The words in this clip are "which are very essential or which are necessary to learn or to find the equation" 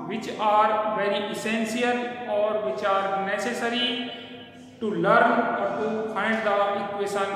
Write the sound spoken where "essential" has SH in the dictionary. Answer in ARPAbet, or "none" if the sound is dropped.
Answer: S